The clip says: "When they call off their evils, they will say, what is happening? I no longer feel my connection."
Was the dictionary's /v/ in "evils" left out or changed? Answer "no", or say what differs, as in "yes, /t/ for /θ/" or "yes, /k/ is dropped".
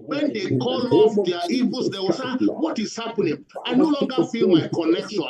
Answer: yes, /v/ is dropped